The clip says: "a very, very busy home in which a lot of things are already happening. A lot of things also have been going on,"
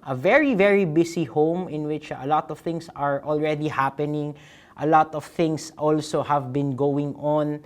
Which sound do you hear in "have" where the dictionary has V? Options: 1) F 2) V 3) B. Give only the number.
2